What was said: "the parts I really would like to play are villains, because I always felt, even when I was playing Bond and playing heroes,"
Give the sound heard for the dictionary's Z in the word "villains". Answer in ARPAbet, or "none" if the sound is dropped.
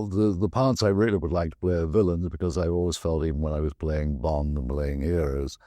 Z